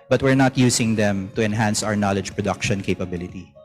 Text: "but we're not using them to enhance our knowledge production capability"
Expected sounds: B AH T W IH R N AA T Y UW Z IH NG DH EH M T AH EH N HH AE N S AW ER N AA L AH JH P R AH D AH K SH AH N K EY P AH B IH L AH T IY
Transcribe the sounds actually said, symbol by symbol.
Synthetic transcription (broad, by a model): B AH T W IH R N AA T Y UW S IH NG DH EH M T AH EH N HH AE N S AW ER N AA L AH JH P R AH D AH K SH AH N K EY P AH B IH L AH T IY